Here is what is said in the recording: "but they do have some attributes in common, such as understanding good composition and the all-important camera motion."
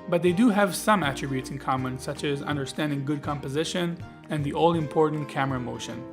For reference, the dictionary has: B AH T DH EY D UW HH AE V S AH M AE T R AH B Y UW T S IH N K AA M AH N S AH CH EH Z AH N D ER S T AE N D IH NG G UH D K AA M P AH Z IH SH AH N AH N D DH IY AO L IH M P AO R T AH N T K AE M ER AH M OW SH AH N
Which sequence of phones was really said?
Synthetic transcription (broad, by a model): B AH T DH EY D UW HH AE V S AH M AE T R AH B Y UW T S IH N K AA M AH N S AH CH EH Z AH N D ER S T AE N D IH NG G UH D K AA M P AH Z IH SH AH N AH N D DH IY AO L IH M P AO R T N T K AE M ER AH M OW SH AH N